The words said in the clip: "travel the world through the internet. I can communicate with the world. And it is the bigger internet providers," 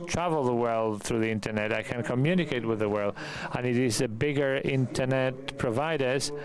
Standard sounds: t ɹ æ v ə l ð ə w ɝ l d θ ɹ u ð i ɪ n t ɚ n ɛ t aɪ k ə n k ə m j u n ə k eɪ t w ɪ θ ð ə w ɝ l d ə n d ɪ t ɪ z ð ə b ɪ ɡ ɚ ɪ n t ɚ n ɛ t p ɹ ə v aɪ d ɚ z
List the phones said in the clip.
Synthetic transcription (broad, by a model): t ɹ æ v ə l ð ə w ɝ l d θ ɹ u ð i ɪ n t ɚ n ɛ t aɪ k ə n k ə m j u n ə k eɪ t w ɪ ð ə w ɝ l d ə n ɪ t ɪ z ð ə b ɪ ɡ ɚ ɪ n t ɚ n ɛ t p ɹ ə v aɪ d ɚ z